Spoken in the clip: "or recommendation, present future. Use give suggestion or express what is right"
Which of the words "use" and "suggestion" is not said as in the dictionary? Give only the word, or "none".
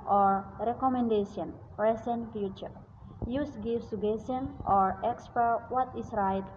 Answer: suggestion